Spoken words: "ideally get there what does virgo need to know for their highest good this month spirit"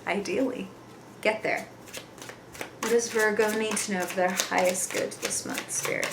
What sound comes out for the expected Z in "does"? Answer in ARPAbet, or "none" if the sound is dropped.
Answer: Z